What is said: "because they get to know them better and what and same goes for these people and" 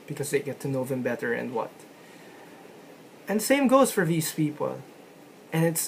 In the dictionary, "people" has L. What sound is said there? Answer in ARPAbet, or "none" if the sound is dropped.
N